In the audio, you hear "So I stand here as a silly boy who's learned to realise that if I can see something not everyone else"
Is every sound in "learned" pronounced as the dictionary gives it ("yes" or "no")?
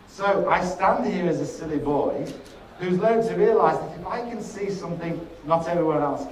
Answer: no